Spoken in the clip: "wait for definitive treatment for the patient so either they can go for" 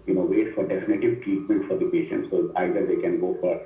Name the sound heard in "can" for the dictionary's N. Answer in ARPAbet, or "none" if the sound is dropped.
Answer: N